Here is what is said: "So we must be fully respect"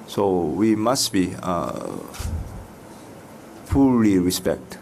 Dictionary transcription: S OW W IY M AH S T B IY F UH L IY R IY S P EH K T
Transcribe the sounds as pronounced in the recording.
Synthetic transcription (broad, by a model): S OW W IY M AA S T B IY P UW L IY R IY S P EH K T